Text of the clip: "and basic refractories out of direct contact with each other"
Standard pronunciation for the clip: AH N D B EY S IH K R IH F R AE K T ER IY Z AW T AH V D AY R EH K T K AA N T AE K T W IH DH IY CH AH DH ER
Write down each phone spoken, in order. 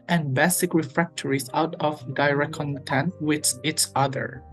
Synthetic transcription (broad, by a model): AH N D B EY S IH K R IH F R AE K T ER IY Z AW T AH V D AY R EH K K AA N T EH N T W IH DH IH S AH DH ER